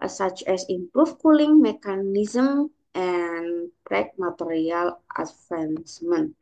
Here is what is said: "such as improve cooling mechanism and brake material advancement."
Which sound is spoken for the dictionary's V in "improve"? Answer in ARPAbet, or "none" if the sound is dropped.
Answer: F